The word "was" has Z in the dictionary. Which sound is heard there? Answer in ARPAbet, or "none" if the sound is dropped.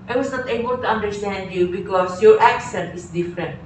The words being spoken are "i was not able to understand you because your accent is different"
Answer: S